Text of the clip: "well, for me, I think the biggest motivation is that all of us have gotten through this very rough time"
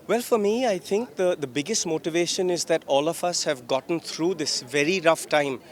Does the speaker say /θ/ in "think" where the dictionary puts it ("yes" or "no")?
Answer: no